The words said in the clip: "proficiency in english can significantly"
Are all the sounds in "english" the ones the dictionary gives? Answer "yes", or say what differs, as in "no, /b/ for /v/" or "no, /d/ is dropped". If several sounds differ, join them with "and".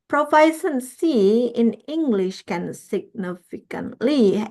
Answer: yes